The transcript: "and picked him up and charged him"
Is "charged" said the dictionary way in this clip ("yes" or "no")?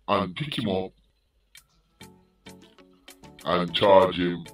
no